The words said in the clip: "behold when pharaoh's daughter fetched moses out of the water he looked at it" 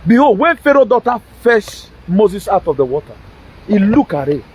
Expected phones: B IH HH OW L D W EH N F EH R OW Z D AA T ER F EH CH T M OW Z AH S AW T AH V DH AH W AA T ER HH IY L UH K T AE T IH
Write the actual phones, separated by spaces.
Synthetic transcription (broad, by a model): B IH HH OW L W EH N F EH R OW D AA T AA F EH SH M OW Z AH S AW T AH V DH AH W AA T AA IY L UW K AA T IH